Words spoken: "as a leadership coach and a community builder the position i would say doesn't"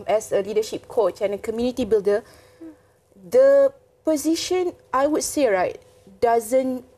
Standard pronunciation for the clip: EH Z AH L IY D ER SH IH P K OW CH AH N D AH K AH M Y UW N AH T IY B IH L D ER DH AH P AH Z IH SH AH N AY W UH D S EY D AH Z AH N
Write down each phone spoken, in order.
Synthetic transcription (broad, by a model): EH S AH L IY D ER SH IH P K OW CH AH N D AH K AH M Y UW N AH T IY B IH L D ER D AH P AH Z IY SH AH N AY W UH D S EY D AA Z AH N